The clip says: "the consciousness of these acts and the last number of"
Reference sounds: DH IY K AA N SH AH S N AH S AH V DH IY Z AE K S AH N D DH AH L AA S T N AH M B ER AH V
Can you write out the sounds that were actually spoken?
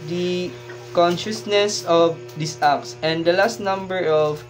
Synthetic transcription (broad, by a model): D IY K AA N SH AH S N AH S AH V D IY S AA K S AH N D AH L AA S T N AH M B ER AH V